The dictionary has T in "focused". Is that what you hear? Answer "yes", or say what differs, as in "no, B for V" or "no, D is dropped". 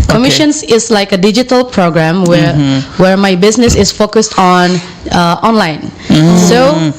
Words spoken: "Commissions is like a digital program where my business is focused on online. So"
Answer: yes